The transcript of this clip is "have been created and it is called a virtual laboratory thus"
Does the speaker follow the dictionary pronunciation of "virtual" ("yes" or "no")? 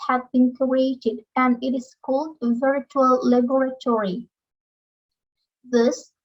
yes